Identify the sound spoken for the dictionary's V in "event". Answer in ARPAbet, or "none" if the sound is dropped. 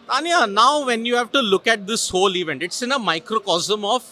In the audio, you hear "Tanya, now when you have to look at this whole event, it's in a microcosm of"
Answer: V